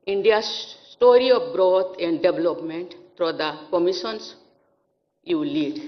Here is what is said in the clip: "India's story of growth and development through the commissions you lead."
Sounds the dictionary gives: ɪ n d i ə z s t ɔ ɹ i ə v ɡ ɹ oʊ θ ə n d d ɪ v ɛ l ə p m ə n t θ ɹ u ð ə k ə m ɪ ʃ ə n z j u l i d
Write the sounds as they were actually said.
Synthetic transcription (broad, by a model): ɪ n d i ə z s t ɔ ɹ i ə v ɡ ɹ oʊ t ə n d d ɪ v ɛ l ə p m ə n t f ɹ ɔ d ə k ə m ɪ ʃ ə n s j u l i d